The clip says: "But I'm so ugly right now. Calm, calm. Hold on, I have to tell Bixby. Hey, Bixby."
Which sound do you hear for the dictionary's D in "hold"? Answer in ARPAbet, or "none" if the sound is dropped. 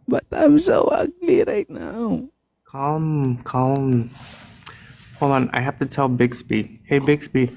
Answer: none